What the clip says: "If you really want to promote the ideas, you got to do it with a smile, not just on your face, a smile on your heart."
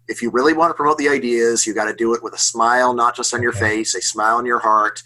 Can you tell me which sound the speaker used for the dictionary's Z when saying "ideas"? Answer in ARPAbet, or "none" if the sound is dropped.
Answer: Z